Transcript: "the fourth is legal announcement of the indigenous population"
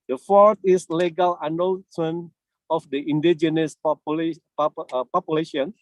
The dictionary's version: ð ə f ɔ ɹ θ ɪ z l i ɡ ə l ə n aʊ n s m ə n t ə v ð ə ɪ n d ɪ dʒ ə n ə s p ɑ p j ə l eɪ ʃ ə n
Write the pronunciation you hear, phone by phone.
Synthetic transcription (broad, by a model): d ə f ɔ ɹ t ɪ s l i ɡ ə l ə n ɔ l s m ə n ə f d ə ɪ n d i dʒ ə n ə s p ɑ p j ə l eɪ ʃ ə n